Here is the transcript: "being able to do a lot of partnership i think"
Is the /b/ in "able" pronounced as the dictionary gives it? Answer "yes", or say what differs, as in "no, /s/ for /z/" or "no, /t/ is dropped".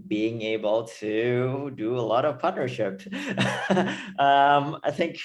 yes